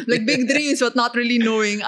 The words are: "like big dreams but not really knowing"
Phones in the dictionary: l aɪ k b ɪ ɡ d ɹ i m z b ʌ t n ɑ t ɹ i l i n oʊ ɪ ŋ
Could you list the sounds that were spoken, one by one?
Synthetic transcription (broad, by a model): l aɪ k b ɪ ɡ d ɹ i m s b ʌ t n ɑ t ɹ i l i n oʊ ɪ ŋ